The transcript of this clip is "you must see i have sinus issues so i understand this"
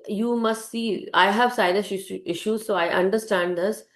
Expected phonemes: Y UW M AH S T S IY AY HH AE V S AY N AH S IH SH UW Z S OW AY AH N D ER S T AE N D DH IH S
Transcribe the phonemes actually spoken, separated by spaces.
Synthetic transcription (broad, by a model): Y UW M AH S T S IY AY HH AE V S AY L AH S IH SH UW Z S OW AY AH N D ER S T AE N D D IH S